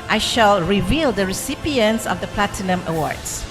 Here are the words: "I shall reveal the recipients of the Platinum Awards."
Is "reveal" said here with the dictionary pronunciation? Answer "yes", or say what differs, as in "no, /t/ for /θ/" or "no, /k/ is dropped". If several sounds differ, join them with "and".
yes